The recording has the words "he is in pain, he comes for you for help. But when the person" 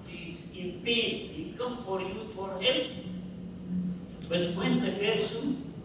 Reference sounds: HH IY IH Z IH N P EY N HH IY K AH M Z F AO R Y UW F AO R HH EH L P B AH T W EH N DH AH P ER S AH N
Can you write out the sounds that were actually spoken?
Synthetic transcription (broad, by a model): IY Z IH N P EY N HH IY K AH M F AO R Y UW F AO R HH EH L P B AH T W EH N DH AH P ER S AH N